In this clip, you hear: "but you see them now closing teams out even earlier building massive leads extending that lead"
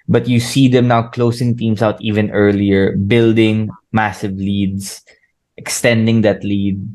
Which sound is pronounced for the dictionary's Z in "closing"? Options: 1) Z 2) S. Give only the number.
2